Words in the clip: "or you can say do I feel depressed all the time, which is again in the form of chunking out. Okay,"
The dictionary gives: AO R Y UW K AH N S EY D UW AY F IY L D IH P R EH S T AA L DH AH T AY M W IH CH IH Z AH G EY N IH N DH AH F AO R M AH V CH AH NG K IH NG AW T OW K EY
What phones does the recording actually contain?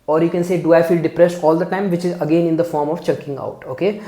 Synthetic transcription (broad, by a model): AO R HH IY K AH N S EY D UW AY F IY L D IH P R EH S T AA L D AH T AY M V IH CH IH Z AH G EY N IH N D AH F AO R M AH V CH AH K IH NG AW T OW K EY